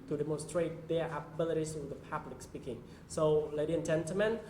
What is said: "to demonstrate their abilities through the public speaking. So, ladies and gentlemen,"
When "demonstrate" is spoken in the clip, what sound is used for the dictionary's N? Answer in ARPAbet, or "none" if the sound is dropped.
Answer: N